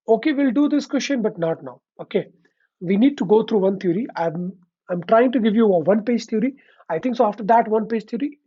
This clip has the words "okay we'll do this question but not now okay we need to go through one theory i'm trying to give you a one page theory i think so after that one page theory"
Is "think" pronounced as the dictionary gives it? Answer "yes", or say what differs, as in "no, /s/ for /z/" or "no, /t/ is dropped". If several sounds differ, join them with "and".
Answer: no, /t/ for /θ/